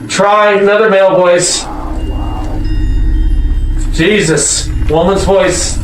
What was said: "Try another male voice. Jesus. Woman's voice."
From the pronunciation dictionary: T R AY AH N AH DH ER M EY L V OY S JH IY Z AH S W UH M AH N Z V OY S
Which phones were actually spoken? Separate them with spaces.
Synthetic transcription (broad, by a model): T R AY AH N AH DH ER M EY L V OY S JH IY Z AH S W UH M AH N Z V OY S